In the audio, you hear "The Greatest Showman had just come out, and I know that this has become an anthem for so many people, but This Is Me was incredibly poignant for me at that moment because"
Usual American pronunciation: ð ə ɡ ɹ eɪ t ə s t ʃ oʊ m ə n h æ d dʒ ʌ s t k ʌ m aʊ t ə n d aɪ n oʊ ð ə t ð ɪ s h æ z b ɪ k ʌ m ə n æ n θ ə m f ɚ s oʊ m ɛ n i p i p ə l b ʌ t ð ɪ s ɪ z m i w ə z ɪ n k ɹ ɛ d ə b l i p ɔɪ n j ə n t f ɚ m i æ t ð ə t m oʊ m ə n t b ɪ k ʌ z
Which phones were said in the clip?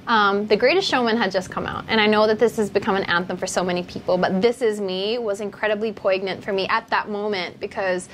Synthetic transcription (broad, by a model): ð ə ɡ ɹ eɪ t ə s t ʃ oʊ m ə n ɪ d dʒ ʌ s k ʌ m aʊ t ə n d aɪ n oʊ ð ə t ð ɪ s h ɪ z b ɪ k ʌ m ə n æ n θ ə m f ɚ s oʊ m ɛ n i p i p l b ʌ t ð ɪ s ɪ z m i w ə z ɪ n k ɹ ɛ d ə b l i p ɔɪ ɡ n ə n t f ɚ m i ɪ t ð ə t m oʊ m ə n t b ɪ k ʌ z